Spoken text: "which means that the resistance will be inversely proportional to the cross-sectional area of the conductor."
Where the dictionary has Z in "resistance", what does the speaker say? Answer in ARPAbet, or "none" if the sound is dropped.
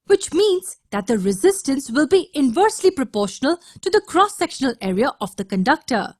Z